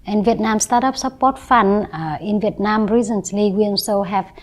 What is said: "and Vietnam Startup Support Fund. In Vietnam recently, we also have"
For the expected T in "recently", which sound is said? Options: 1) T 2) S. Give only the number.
2